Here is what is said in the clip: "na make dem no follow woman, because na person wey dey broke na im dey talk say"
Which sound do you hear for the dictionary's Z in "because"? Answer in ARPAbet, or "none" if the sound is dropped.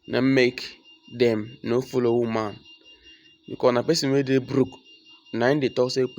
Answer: none